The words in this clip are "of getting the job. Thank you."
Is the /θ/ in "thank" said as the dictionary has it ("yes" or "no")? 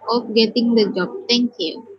no